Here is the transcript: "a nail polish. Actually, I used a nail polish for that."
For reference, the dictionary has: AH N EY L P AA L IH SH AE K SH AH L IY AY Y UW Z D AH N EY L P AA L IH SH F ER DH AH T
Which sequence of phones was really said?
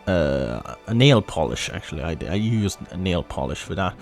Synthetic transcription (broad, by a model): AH N EY L P AA L IH SH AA K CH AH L IY AY Y UW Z AH N EY L P AA L IH SH F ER DH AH T